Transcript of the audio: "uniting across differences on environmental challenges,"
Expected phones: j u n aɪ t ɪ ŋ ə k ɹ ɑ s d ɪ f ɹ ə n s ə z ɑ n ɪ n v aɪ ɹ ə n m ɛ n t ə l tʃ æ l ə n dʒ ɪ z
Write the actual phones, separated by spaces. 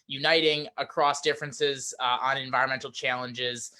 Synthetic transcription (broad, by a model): j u n aɪ t ɪ ŋ ə k ɹ ɑ s d ɪ f ɹ ə n s ə z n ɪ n v aɪ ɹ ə n m ɛ n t l tʃ æ l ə n dʒ ɪ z